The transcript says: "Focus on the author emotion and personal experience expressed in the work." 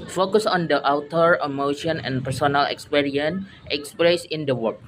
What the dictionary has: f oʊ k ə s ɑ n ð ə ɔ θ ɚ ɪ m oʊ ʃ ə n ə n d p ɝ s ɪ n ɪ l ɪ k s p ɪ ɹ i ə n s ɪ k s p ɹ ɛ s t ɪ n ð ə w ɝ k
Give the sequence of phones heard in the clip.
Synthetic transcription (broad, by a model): f oʊ k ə s ɑ n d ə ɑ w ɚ ɪ m oʊ ʃ ə n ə n p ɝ s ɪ n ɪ l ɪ k s p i ɹ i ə n ɪ k s p ɹ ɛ s ɪ n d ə w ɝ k